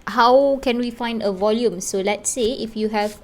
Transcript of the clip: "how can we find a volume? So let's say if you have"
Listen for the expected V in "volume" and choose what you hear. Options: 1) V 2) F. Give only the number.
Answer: 1